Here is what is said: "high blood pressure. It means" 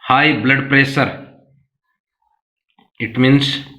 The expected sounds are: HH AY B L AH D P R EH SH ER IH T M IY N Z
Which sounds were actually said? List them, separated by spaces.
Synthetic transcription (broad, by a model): HH AY B L AH D P R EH S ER IH T M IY N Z